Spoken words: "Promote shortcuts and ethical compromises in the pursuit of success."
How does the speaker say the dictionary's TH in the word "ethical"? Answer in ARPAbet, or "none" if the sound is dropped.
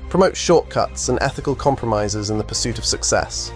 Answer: TH